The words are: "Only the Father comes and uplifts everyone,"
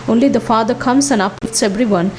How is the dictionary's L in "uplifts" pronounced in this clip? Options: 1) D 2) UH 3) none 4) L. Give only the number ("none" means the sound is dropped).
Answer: 3